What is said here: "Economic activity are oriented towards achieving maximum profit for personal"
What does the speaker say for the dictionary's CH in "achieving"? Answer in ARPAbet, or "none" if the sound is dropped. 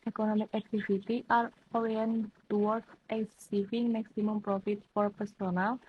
S